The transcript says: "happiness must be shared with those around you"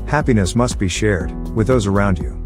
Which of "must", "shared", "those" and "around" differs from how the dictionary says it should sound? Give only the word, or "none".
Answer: none